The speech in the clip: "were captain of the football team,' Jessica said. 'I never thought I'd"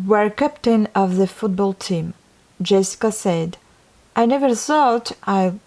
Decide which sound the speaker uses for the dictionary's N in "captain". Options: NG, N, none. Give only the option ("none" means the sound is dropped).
N